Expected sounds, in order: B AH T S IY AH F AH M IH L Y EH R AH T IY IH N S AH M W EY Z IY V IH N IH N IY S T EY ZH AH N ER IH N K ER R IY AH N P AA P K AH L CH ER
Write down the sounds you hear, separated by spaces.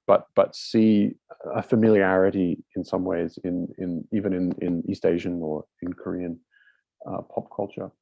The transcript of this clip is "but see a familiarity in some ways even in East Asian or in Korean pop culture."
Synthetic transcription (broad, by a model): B AH T S IY AH F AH M IH L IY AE R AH T IY IH N S AH M W EY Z IY V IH N IH N IY S T EY ZH AH N ER IH N K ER R IY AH N P AA P K AH L CH ER